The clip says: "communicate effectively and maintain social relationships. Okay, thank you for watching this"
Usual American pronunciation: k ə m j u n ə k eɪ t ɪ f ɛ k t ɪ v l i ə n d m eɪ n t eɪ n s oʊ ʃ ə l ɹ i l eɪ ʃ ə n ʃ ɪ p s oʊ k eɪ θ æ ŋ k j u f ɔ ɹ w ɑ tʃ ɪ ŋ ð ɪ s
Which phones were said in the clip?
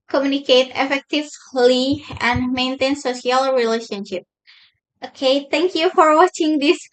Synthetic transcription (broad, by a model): k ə m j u n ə k eɪ t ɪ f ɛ k t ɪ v l i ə n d m eɪ n t eɪ n s oʊ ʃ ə l ɹ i l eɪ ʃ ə n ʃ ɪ p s oʊ k eɪ t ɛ ŋ k j u f ɔ ɹ w ɑ tʃ ɪ ŋ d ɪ s